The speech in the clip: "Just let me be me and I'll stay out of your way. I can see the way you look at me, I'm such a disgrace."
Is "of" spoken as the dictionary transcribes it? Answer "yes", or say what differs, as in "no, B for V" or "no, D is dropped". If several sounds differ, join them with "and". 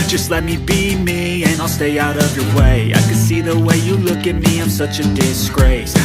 yes